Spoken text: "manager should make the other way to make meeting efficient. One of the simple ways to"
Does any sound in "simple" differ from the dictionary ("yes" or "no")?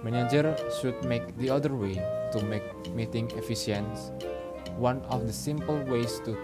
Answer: no